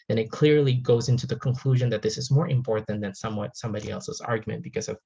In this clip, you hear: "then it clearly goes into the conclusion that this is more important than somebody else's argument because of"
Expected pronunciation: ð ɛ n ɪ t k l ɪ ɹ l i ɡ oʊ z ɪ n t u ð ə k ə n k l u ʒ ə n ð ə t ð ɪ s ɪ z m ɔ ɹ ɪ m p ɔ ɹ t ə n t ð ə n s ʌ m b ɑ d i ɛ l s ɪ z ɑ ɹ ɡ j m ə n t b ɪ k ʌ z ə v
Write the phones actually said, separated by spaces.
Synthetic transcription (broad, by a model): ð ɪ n ɪ t k l ɪ ɹ l i ɡ oʊ z ɪ n t u ð ə k ə n k l u ʒ ə n ð ə t ð ɪ s ɪ z m ɔ ɹ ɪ m p ɔ ɹ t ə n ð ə n s ʌ m b ɑ d i ɛ l s ɪ z ɑ ɹ ɡ j m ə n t b ɪ k ʌ z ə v